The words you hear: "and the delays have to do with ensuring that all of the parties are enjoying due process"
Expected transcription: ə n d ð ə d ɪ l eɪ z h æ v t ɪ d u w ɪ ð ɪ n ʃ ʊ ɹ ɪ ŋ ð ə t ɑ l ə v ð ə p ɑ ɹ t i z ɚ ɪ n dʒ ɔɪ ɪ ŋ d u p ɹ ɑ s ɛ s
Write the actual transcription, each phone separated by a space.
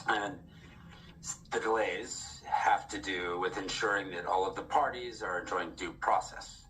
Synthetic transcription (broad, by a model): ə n ð ə d ɪ l eɪ z h æ f t ɪ d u w ɪ ð ɪ n ʃ ʊ ɹ ɪ ŋ ð ə t ɑ l ə v ð ə p ɑ ɹ t i z ɚ ɪ n dʒ ɔɪ ɪ ŋ d u p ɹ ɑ s ɛ s